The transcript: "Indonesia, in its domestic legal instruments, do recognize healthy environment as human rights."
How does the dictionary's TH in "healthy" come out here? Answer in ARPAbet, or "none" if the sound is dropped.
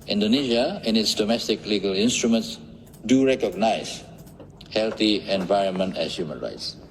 T